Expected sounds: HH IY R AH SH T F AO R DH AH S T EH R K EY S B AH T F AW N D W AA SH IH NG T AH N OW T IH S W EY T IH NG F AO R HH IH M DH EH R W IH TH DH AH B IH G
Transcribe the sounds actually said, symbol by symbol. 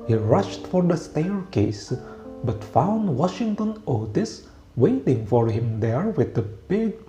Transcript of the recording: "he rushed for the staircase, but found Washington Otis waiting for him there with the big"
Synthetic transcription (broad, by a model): HH IY R AH SH T F AO R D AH S T EH R K EY S B AH T F AW N D W AA SH IH NG T AH N OW T IH S W EY T IH NG F AO R HH IH M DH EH R W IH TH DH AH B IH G